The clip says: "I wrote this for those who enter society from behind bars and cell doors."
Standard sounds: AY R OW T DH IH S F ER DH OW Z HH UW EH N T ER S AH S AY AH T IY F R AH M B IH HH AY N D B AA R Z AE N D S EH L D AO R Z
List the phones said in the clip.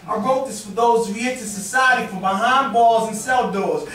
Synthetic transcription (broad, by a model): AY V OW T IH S F ER DH OW Z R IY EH T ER S AH S AY AH T IY F R AH M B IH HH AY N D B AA L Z N S EH L D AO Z